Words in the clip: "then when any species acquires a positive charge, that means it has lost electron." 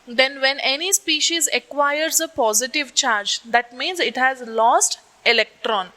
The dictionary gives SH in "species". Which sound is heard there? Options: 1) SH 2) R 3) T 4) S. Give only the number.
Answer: 1